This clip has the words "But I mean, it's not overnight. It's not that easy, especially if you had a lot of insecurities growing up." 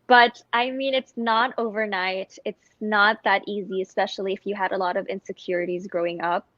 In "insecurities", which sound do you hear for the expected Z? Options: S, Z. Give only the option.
Z